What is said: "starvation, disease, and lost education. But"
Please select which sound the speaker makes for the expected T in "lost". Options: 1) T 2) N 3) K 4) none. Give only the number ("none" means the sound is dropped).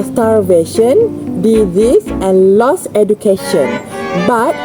4